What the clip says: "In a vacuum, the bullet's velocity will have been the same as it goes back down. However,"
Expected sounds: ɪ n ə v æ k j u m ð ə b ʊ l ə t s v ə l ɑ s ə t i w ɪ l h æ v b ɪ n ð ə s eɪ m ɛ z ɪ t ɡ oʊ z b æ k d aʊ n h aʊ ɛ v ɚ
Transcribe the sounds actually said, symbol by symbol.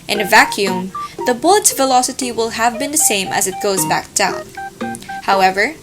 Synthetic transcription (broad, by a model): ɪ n ə v æ k j u m ð ə b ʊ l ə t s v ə l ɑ s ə t i w ɪ l h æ v b ɪ n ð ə s eɪ m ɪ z ɪ t ɡ oʊ z b æ k d aʊ n h aʊ ɛ v ɚ